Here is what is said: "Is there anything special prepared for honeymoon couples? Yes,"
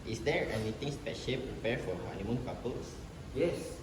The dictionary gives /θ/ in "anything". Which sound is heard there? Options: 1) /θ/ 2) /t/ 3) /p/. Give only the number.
2